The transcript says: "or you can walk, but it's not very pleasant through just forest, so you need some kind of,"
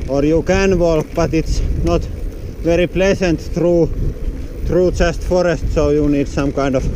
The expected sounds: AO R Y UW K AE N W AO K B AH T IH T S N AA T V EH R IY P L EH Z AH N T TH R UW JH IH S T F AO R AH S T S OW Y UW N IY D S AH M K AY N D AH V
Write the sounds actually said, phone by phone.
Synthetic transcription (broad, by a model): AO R Y UW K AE N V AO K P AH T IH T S N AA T V EH R IY P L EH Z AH N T T R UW CH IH S T F AO R AH S T S OW Y UW N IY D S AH M K AY N D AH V